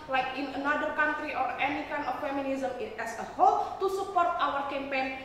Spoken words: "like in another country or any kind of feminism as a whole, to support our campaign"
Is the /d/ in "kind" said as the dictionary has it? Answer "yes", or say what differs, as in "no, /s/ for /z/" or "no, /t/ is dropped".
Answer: no, /d/ is dropped